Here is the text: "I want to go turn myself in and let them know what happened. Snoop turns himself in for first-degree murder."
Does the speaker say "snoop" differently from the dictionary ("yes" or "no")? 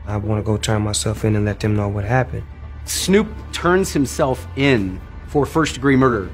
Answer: no